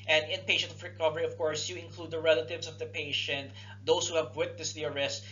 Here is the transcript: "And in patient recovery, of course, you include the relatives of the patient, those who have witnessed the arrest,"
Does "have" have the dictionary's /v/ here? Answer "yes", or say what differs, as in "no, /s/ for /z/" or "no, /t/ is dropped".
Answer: yes